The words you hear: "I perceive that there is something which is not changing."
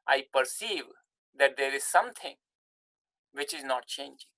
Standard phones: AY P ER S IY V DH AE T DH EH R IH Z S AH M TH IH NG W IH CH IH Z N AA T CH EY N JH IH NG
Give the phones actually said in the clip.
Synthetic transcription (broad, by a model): AY P ER S IY V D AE T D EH R IH Z S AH M T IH NG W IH CH IH Z N AA T CH EY N JH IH NG